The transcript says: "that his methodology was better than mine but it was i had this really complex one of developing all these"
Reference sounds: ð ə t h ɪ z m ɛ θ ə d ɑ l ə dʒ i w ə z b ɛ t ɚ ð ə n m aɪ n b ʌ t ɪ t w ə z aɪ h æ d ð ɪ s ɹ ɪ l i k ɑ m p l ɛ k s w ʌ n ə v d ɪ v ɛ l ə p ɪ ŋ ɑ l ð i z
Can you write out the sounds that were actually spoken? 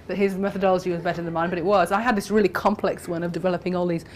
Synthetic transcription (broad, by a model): ð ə t h ɪ z m ɛ θ ə d ɑ l ə dʒ i w ə z b ɛ t ɚ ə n m aɪ n b ʌ t ɪ t w ə z aɪ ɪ d ð ɪ s ɹ ɪ l i k ɑ m p l ɛ k s w ʌ n ə v d ɪ v ɛ l ə p ɪ ŋ ɑ l ð i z